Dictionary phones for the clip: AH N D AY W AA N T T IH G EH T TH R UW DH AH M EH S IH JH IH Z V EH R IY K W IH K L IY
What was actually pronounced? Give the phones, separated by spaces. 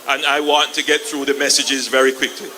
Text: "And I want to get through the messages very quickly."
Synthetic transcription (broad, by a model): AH N AY W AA N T T IH G EH T TH R UW DH AH M EH S IH JH IH Z V EH R IY K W IH K L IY